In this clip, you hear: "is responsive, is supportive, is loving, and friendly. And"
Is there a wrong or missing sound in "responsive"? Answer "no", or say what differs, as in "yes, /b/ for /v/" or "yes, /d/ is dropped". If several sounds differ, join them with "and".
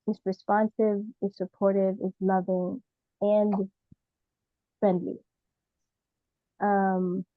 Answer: no